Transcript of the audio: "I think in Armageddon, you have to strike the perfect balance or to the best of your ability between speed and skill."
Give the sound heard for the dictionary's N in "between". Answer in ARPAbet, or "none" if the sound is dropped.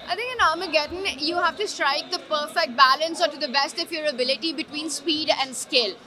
N